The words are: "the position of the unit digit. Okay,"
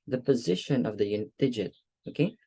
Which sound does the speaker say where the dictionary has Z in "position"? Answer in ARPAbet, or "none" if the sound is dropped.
Z